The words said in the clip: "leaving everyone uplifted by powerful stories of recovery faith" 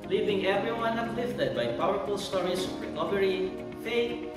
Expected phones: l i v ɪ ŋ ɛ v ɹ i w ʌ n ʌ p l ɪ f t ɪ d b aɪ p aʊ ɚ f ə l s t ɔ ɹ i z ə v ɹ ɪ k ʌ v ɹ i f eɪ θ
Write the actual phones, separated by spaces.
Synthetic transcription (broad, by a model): l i v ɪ ŋ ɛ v ɹ i w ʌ n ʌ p l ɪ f t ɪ d b aɪ p aʊ ɚ f ə l s t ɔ ɹ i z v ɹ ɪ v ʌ ɹ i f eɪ